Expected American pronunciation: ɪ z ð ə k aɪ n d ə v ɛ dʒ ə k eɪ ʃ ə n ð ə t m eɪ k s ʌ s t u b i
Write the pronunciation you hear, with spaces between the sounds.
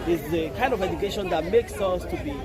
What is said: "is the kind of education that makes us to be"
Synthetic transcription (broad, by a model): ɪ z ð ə k aɪ n d ə v ɛ dʒ ə k eɪ ʃ ə n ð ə t m eɪ k s ʌ s t u b i